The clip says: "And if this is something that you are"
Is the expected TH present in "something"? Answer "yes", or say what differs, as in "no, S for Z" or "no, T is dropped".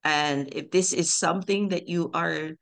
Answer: yes